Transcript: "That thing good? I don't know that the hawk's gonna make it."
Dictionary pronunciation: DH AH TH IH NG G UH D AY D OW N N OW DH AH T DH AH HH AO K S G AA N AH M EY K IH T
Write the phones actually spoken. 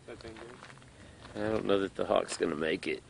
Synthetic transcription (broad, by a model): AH IH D D OW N N OW DH AH T DH AH HH AO K S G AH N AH M EY K IH T